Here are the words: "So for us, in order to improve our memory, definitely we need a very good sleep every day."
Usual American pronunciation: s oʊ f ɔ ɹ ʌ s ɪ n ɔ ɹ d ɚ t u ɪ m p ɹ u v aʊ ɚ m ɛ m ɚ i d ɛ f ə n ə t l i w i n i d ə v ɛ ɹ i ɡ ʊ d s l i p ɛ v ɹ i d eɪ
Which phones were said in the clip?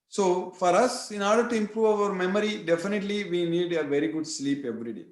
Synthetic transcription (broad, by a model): s oʊ f ɔ ɹ ʌ s ɪ n ɔ ɹ d ɚ t u ɪ m p ɹ u v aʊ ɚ m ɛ m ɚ i d ɛ f ə n ə t l i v i n i d ə v ɛ ɹ i ɡ ʊ d s l i p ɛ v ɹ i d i